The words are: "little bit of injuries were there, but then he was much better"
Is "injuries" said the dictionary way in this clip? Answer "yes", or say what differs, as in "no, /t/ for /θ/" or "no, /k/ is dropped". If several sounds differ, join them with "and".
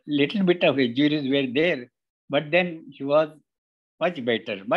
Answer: no, /n/ is dropped